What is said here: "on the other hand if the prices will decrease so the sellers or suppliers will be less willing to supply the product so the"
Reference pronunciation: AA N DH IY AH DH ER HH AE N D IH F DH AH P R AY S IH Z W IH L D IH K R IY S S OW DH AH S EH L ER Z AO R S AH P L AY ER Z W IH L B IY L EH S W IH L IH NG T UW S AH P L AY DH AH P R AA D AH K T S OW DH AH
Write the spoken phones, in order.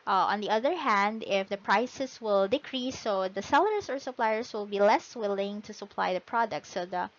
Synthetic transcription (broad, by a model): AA N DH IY AH DH ER HH AE N D IH F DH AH P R AY S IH S W IH L D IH K R IY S S OW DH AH S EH L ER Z AO R S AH P L AY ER S W IH L B IY L EH S W IH L IH NG T UW S AH P L AY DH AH P R AA D AH K T S OW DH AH